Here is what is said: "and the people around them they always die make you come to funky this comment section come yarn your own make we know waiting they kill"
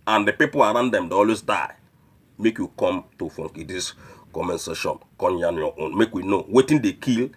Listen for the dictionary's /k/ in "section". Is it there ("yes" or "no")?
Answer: no